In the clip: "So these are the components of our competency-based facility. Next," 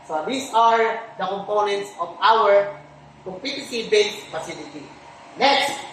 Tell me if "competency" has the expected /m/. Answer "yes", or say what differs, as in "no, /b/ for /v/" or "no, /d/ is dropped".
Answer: no, /m/ is dropped